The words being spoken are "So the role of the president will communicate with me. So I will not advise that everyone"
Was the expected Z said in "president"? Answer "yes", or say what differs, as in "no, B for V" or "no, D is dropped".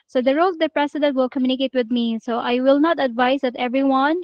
no, S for Z